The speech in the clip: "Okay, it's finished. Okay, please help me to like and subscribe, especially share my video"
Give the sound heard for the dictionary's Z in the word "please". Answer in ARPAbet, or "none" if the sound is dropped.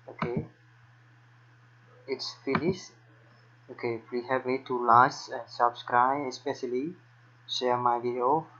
none